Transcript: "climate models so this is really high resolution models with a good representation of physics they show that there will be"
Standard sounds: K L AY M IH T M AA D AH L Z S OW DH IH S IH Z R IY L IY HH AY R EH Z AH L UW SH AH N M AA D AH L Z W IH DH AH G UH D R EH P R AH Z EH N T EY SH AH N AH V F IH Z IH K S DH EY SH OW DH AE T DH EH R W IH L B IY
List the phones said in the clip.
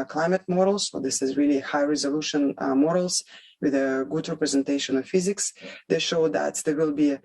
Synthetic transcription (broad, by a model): K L AY M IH T M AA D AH L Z S OW DH IH S IH Z R IY L IY HH AY R EH Z AH L UW SH AH N M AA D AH L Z W IH DH AH G UH D R EH P R AH Z EH N T EY SH AH N AH V F IH Z IH K S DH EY SH OW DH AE T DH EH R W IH L B IY